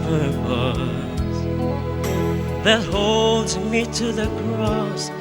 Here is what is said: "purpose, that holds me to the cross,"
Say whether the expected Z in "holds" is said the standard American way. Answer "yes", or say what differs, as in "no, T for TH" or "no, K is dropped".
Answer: yes